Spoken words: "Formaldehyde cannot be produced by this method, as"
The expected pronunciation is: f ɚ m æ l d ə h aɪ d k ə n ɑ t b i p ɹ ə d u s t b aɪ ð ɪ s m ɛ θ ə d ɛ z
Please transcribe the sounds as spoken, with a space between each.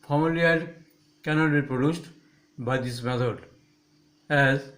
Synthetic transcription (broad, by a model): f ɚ m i l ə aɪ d k ə n ɑ t b i p ɹ ə d u s t b aɪ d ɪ s m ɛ t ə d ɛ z